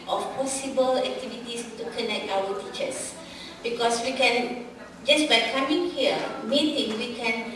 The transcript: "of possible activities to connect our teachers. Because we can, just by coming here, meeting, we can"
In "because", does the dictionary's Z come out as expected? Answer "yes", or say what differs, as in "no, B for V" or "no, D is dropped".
no, S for Z